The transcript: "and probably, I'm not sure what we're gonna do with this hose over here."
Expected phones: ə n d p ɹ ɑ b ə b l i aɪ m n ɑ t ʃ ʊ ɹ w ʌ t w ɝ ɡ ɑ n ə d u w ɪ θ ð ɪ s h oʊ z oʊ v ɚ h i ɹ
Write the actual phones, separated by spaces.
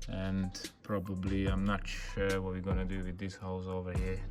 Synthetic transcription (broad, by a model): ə n p ɹ ɑ b ə b l i aɪ m n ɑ t ʃ ʊ ɹ w ʌ t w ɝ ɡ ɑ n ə d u w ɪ ð ɪ s h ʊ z oʊ v ɚ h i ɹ